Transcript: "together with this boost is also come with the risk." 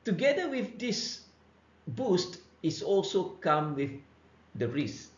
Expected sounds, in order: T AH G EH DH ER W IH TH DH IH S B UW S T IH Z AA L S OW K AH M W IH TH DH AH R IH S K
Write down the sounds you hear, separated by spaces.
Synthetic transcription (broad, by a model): T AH G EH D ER W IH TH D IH S B UW S T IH S AA L S OW K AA M W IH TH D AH R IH S